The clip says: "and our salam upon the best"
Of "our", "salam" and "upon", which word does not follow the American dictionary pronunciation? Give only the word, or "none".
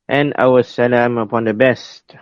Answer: our